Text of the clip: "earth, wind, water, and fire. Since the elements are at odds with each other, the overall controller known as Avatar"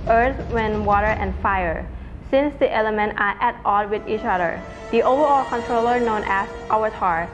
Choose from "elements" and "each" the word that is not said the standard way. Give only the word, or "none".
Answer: elements